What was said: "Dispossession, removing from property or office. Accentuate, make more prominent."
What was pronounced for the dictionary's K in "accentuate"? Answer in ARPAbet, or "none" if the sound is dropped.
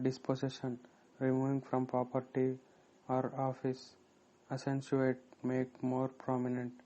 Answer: none